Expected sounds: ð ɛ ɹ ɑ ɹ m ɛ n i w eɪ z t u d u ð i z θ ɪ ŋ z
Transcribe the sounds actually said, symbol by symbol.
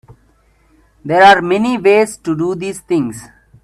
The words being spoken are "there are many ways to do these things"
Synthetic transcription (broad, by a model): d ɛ ɹ ɑ ɹ m ɛ n i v eɪ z t u d u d i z t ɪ ŋ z